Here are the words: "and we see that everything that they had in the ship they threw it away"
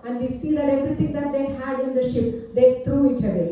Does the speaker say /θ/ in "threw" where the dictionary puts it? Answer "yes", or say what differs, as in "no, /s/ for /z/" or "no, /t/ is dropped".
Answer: no, /t/ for /θ/